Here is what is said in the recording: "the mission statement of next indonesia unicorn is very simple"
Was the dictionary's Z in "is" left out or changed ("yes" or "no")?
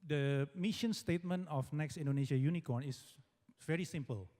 yes